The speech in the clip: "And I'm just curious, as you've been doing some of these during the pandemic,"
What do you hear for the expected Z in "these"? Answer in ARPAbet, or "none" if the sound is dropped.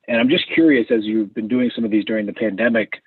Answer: Z